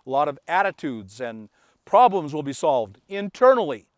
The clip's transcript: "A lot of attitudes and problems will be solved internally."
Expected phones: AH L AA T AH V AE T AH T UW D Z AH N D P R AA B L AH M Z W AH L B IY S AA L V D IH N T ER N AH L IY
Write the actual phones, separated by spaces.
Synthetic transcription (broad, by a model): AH L AA T AH V AE T AH T UW D Z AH N P R AA B L AH M Z W AH L B IY S AA L V D IH N T ER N L IY